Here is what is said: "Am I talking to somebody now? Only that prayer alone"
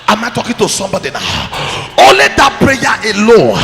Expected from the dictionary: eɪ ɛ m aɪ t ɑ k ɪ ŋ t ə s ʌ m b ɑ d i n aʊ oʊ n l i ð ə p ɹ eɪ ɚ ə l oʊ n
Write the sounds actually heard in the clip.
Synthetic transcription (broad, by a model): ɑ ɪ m aɪ t ɑ k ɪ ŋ t ə s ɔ m b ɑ d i n aʊ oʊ l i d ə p ɹ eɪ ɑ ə l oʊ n